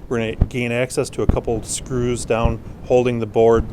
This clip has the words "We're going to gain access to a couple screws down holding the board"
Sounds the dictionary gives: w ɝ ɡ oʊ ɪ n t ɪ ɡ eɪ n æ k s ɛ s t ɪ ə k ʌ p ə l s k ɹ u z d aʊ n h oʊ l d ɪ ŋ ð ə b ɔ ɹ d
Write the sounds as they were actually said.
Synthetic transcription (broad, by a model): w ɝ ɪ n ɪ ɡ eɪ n æ k s ɛ s t ɪ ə k ʌ p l s k ɹ u z d aʊ n h oʊ l d ɪ ŋ ð ə b ɔ ɹ d